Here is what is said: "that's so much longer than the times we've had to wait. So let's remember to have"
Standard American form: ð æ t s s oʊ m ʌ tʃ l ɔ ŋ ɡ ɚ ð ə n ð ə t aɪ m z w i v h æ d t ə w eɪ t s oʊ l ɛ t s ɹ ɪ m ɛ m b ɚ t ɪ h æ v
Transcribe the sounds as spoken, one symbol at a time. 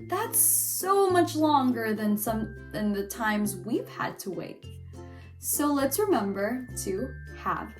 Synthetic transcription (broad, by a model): ð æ t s s oʊ m ʌ tʃ l ɔ ŋ ɡ ɚ ð ə n ð ə t aɪ m z w i v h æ d t ə w eɪ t s oʊ l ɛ t s ɹ ɪ m ɛ m b ɚ t ɪ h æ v